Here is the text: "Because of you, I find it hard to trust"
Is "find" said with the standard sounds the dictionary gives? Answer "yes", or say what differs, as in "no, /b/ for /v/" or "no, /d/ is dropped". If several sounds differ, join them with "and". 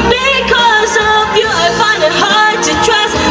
no, /d/ is dropped